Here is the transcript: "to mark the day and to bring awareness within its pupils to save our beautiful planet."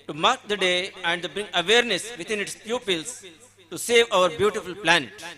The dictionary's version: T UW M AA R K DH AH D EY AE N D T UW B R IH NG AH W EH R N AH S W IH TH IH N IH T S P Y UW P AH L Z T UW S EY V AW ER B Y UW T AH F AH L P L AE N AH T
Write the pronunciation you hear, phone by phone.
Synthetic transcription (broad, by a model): T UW M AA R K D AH D EY AE N D T UW B R IH NG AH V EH R N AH S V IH T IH N IH T S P Y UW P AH L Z T UW S EY V AW ER B Y UW T AH F AH L P L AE N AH T